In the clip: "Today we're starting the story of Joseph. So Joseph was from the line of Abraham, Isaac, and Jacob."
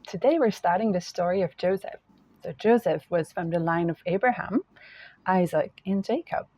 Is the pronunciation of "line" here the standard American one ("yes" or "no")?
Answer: yes